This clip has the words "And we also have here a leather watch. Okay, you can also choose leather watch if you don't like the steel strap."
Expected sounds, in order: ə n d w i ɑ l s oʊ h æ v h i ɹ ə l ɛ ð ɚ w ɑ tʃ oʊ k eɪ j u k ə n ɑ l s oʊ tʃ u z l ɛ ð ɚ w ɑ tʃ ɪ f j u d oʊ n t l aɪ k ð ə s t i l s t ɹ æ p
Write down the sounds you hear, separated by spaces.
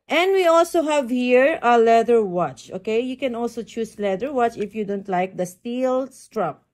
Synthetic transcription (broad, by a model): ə n d w i ɑ l s oʊ h æ v h i ɹ ə l ɛ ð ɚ w ɑ tʃ oʊ k eɪ j u k ə n ɑ l s oʊ tʃ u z l ɛ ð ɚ w ɑ tʃ ɪ f j u d oʊ n t l aɪ k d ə s t i l s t ɹ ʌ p